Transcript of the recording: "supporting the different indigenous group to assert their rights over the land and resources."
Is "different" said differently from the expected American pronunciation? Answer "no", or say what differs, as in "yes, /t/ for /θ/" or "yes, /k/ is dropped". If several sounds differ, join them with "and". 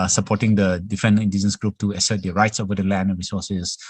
yes, /t/ is dropped